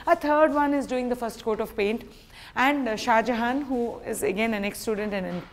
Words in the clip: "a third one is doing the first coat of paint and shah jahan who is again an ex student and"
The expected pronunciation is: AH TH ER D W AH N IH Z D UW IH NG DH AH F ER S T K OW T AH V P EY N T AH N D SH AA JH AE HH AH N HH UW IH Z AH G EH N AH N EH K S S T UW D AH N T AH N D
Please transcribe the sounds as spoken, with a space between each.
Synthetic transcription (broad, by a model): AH T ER D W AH N IH Z D UW IH NG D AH F ER S T K OW T AH V P EY N T AH N D SH AA JH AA HH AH N HH UW IH Z AH G EH N AH N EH K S S T UW D AH N T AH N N